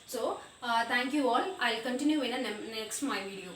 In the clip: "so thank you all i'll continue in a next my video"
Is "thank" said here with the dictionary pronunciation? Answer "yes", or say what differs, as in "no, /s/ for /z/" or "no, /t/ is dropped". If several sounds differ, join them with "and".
no, /t/ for /θ/